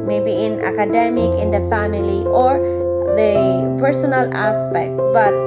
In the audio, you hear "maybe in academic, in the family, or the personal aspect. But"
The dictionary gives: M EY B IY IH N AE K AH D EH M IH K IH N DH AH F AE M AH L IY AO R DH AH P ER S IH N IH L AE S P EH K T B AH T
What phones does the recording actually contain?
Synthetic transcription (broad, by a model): M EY B IY IH N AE K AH D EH M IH K IH N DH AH F AE M AH L IY AO R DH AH P ER S IH N IH L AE S P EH K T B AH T